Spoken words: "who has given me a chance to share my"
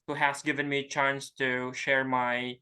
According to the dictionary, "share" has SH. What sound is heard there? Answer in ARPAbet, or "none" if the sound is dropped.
SH